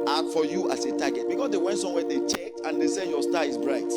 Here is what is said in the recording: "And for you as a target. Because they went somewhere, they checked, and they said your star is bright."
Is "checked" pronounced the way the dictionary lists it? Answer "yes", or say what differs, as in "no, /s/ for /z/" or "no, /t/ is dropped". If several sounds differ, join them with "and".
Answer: yes